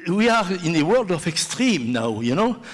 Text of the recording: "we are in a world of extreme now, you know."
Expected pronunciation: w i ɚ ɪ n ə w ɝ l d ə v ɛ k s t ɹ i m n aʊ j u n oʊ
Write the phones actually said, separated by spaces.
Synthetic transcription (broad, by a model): w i ɚ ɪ n ə w ɝ l d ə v ɛ k s t ɹ i m n aʊ j u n oʊ